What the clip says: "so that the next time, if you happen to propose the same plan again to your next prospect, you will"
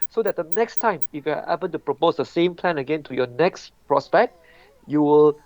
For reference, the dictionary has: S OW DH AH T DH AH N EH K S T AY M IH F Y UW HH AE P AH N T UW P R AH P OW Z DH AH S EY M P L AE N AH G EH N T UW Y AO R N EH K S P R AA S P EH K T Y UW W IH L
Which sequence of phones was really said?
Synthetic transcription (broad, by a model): S OW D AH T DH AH N EH K S T AY M IH F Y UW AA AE B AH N T UW P R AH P OW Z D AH S EY M P L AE N AH G EH N T UW Y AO N EH K S P R AA S P EH K T Y UW W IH L